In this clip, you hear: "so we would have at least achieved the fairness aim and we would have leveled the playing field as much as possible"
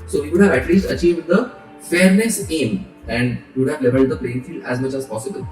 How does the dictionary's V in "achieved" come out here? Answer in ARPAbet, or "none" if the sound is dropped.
V